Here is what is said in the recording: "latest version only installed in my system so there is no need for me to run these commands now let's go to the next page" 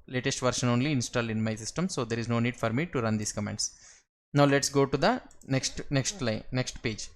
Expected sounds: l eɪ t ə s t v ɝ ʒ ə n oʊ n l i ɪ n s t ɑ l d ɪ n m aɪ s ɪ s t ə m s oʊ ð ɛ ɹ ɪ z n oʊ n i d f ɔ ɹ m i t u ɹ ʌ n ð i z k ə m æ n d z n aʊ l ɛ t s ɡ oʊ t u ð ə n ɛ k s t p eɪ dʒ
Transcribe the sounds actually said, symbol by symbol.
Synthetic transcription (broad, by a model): l eɪ t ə s t v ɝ ʃ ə n oʊ n l i ɪ n s t ɑ l d ɪ n m aɪ s ɪ s t ə m s oʊ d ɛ ɹ ɪ z n oʊ n i d f ɔ ɹ m i t u ɹ ʌ n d i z k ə m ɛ n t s n aʊ l ɛ t s ɡ oʊ t u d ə n ɛ k s t p eɪ dʒ